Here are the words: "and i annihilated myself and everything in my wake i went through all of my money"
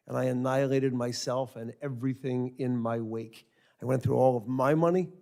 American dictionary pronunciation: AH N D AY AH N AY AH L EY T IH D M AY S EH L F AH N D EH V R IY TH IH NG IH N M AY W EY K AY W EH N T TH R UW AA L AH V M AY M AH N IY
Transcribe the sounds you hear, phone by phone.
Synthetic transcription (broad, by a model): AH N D AY AH N AY AH L EY T IH D M AY S EH L F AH N EH V R IY TH IH NG IH N M AY W EY K AY W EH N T TH R UW AA L AH V M AY M AH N IY